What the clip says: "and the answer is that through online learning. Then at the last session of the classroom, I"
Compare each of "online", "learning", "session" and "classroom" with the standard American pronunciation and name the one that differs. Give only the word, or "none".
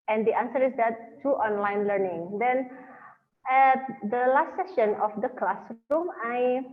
classroom